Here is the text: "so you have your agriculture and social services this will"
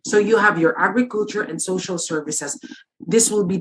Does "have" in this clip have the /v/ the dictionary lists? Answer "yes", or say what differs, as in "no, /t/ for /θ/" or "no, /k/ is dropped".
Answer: yes